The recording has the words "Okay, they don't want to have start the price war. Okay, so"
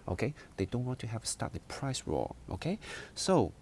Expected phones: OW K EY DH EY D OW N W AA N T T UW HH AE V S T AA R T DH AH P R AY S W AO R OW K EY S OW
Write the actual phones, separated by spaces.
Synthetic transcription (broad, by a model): OW K EY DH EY D OW N W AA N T T UW HH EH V S T AA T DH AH P R AY S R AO L OW K EY S OW